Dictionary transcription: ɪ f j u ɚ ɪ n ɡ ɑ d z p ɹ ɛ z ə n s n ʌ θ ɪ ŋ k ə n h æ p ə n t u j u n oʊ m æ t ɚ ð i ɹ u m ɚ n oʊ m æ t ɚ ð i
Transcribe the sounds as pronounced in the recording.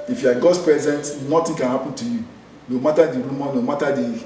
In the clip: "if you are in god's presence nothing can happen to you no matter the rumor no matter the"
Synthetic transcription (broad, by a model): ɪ f j u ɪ ɡ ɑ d s p ɹ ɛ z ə n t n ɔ t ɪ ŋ k ə n h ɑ p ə n t u j u n oʊ m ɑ t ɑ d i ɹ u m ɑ n oʊ m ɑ t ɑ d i